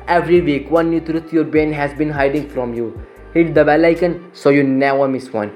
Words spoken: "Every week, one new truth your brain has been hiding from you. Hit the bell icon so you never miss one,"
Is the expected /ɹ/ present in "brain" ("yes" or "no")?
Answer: no